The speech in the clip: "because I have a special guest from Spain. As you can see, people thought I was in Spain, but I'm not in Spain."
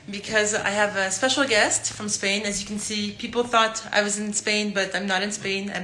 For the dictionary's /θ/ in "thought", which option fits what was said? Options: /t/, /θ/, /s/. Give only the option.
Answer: /θ/